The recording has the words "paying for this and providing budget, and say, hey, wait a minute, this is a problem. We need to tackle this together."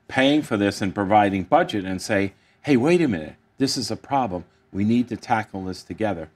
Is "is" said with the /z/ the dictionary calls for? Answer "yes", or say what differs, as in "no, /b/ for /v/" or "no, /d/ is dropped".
yes